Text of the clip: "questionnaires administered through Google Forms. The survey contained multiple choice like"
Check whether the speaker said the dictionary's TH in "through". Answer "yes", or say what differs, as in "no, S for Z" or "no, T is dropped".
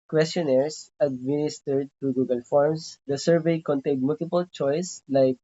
no, T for TH